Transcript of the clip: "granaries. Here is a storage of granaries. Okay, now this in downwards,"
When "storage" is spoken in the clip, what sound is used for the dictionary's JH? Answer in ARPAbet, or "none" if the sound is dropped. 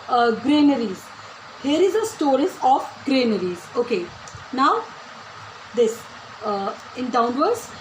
Z